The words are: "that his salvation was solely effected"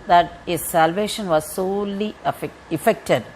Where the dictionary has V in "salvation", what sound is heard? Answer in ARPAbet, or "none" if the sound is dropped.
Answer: V